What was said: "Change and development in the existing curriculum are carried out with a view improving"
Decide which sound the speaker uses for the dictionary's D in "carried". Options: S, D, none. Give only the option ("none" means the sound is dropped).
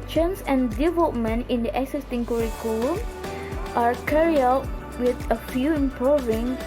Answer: none